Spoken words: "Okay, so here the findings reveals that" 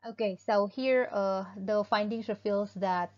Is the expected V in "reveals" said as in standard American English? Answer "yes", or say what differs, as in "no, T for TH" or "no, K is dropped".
no, F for V